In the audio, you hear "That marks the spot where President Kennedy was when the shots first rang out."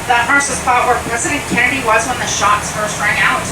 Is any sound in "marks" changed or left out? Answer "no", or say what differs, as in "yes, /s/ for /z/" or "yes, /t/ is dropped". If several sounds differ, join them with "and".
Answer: yes, /k/ is dropped